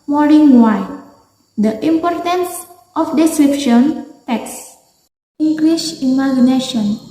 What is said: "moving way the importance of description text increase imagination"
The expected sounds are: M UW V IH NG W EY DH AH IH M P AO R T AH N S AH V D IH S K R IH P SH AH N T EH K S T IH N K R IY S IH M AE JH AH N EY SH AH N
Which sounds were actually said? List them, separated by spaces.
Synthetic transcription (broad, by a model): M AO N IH NG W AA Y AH IH M P AO R T AH N S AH F D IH S K R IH P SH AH N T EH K S IH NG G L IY SH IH M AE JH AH N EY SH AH N